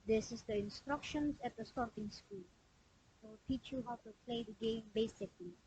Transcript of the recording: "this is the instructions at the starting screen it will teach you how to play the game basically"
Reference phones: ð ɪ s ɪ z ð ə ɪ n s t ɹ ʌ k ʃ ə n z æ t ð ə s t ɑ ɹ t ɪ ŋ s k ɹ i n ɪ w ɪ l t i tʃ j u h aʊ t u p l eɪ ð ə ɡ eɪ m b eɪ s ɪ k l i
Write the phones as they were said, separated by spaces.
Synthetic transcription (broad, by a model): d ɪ s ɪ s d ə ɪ n s t ɹ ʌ k ʃ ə n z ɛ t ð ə s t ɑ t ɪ ŋ s k u l ɪ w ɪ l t i tʃ j u h aʊ t u p l eɪ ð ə ɡ eɪ m b eɪ s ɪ k l i